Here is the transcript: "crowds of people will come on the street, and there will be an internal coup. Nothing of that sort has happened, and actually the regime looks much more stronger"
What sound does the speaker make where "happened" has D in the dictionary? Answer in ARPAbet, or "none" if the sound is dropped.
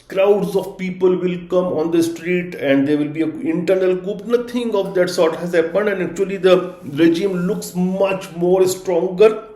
none